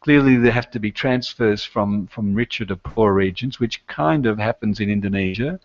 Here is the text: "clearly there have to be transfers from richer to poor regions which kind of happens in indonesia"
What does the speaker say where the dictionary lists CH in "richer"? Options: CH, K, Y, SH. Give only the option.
CH